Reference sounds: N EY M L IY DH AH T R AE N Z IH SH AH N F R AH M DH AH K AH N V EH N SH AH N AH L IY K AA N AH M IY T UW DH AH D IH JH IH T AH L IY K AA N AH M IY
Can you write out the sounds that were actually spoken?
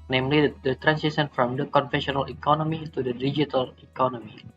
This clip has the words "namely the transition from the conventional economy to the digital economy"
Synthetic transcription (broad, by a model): N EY M L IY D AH T R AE N S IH S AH N F R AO M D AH K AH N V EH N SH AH N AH L IY K AA N AH M IY T UW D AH D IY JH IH T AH L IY K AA N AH M IY